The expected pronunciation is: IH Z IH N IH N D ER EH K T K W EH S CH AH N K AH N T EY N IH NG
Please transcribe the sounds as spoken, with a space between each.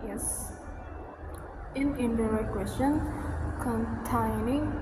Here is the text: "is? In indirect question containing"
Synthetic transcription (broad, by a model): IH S IH N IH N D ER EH T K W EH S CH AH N K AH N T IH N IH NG